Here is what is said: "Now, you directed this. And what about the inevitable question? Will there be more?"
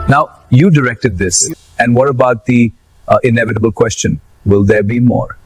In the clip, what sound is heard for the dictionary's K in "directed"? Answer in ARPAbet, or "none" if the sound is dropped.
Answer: K